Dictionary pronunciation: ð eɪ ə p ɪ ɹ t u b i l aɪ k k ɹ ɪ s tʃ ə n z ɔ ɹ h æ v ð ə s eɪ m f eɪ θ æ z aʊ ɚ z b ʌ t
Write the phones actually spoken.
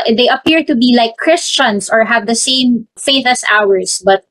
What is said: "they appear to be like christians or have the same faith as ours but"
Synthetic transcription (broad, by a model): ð eɪ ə p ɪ ɹ t u b i l aɪ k k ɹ ɪ s tʃ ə n s ɔ ɹ h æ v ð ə s eɪ m f eɪ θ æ s aʊ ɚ s b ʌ t